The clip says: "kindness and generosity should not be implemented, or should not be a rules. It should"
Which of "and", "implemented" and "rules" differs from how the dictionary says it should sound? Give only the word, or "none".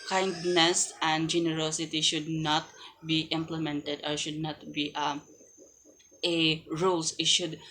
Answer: rules